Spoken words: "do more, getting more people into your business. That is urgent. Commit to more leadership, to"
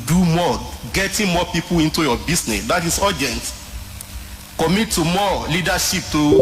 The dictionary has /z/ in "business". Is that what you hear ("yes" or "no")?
no